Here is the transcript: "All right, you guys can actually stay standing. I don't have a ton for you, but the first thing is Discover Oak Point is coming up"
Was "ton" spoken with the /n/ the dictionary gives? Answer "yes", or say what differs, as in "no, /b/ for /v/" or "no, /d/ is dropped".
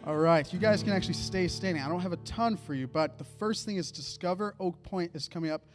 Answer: yes